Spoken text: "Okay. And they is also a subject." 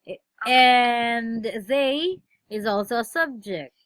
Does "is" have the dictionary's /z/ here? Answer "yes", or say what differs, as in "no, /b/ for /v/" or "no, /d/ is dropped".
yes